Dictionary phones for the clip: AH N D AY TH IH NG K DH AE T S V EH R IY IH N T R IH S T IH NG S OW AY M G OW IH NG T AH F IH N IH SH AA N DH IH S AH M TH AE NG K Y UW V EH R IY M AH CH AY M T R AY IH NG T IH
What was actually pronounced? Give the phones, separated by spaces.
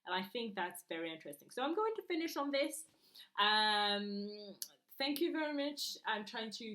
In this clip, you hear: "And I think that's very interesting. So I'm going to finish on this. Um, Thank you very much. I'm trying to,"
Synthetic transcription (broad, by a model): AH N AY TH IH NG K DH AE T S V EH R IY IH N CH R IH S T IH NG S OW AY M G OW IH NG T AH F IH N IH SH N DH IH S AH M TH AE NG K Y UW V EH R IY M AH CH AY M T R AY IH NG T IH